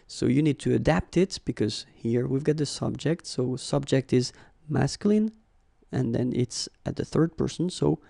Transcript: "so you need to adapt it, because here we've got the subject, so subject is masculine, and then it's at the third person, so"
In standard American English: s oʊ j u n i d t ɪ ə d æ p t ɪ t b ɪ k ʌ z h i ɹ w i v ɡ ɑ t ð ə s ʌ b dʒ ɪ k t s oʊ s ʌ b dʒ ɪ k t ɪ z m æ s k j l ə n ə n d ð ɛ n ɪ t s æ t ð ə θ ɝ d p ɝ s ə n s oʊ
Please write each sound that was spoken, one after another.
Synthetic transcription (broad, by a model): s oʊ j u n i d t ɪ ə d æ p t ɪ t b ɪ k ʌ z h i ɹ w i v ɡ ɑ t ð ə s ʌ b dʒ ɪ k t s oʊ s ʌ b dʒ ɪ k t ɪ z m æ s k j l ə n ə n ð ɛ n ɪ t s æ t ð ə θ ɝ d p ɝ s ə n s oʊ